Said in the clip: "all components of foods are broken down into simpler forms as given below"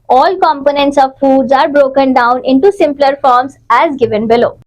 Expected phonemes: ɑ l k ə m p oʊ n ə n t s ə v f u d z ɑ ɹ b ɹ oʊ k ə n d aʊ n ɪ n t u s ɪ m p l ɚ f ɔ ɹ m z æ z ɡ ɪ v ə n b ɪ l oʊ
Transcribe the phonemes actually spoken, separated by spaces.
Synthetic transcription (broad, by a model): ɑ l k ə m p oʊ n ə n t s ə v f u d z ɑ ɹ b ɹ oʊ k ə n d aʊ n ɪ n t u s ɪ m p l ɚ f ɔ ɹ m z æ z ɡ ɪ v ə n b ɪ l oʊ